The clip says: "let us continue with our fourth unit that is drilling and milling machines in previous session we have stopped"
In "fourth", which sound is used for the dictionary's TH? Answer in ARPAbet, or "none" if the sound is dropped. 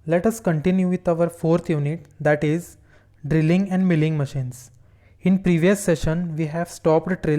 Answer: T